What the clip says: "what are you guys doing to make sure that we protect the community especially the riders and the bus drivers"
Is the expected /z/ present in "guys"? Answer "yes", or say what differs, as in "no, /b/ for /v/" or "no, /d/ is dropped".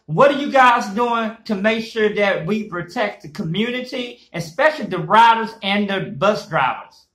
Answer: yes